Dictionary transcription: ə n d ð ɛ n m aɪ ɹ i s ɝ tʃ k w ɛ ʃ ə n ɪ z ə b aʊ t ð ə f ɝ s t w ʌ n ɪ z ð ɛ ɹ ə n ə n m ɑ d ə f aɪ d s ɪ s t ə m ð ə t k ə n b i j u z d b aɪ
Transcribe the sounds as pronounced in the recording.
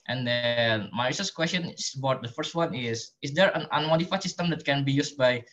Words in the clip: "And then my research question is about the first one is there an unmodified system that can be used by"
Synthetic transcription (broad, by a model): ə n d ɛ n m aɪ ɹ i s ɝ s k w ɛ s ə n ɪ s ə b aʊ t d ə f ɝ s t w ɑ n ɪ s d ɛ ɹ ə n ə n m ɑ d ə f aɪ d s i s t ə m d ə t k ə n b i j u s b aɪ